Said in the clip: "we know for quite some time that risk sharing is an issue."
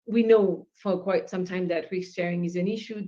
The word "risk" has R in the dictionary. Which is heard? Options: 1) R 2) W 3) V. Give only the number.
2